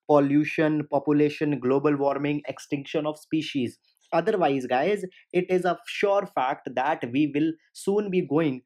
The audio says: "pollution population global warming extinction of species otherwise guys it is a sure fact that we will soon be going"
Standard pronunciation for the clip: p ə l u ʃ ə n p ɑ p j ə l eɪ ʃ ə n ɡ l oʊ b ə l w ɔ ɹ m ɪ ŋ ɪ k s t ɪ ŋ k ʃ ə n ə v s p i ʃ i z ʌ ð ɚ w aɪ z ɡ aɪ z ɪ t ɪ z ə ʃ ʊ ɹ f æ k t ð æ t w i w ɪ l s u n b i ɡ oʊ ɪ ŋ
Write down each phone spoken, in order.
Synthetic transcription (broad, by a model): p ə l u ʃ ə n p ɑ p j ə l eɪ ʃ ə n ɡ l oʊ b ə l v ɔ ɹ m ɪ ŋ ɪ k s t ɪ ŋ k ʃ ə n ə v s p i ʃ i z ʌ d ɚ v aɪ z ɡ aɪ z ɪ t ɪ z ə ʃ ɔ ɹ f æ k t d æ t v i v ɪ l s u n b i ɡ oʊ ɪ ŋ